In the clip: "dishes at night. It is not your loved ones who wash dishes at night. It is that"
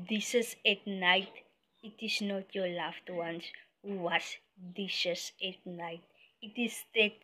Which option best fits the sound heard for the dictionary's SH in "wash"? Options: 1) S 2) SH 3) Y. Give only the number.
1